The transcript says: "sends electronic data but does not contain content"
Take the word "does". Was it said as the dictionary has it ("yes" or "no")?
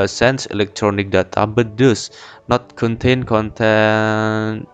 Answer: no